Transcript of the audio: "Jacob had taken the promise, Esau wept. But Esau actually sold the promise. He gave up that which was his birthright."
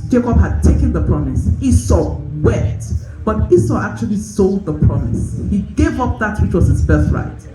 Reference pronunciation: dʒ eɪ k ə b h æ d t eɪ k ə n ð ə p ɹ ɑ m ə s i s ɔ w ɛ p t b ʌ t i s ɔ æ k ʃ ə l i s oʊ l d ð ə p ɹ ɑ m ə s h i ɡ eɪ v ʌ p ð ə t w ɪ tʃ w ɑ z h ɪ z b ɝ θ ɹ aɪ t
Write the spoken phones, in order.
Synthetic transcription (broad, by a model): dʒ eɪ k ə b h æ d t eɪ k ə n ð ə p ɹ ɑ m ə s i s ɔ w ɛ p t b ʌ t i s ɔ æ k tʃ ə l i s oʊ l d ð ə p ɹ ɑ m ə s h i ɡ eɪ v ʌ p ð ə t w ɪ tʃ w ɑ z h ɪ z b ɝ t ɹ aɪ t